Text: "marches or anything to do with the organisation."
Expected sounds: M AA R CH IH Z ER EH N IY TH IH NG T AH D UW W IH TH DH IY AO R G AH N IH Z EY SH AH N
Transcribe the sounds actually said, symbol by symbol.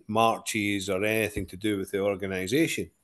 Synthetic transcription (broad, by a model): M AA R CH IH Z ER EH N IY TH IH NG T AH D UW W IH DH IY AO R G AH N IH Z EY SH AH N